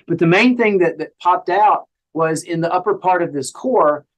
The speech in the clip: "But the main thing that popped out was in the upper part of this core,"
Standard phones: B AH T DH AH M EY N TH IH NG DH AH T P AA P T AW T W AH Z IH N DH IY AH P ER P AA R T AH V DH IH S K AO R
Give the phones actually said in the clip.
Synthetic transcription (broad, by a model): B AH T DH AH M EY N TH IH NG DH AH T P AA P T AW T W AH Z IH N DH IY AH P ER P AA R T AH V DH IH S K AO R